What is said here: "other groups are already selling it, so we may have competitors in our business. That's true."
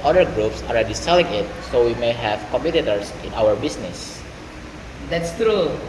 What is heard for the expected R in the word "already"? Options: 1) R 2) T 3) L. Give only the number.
1